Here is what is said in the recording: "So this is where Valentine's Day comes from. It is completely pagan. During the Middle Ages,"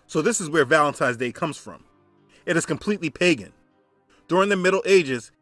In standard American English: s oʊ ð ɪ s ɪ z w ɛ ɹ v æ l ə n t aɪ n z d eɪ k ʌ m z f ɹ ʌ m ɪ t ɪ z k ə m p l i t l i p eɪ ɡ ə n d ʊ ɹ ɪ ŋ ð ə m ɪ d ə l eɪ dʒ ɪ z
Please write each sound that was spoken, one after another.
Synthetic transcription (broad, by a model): s oʊ ð ɪ s ɪ z w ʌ ɹ v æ l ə n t aɪ z d eɪ k ʌ m z f ɹ ʌ m ɪ t ɪ z k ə m p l i t l i p eɪ ɡ ə n d ʊ ɹ ɪ ŋ ð ə m ɪ d l eɪ dʒ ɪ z